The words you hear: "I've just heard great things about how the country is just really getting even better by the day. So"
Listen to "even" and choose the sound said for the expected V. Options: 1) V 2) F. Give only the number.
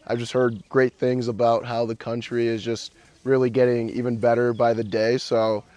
1